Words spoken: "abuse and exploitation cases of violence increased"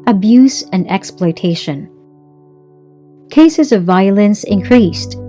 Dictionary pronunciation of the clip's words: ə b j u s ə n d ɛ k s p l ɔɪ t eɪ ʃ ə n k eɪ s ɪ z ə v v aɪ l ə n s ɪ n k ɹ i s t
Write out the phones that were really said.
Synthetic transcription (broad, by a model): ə b j u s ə n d ɛ k s p l ɔɪ t eɪ ʃ ə n k eɪ s ɪ z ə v v aɪ l ə n s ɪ n k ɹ i s t